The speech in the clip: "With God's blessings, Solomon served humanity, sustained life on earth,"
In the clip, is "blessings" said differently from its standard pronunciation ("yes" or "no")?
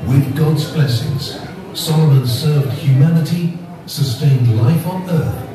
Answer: no